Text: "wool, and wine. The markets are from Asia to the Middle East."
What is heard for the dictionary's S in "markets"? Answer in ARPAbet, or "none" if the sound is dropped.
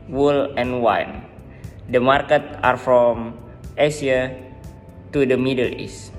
none